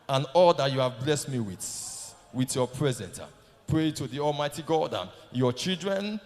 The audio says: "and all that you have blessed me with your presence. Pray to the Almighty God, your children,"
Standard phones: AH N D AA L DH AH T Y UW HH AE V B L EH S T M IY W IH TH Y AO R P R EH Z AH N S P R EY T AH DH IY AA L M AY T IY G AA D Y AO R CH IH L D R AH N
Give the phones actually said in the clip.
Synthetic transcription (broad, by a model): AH N AA L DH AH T Y UW HH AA V B L EH S T M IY W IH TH Y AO P R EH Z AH N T P R EY T AH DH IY AA L M AY T IY G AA D Y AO CH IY L D R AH N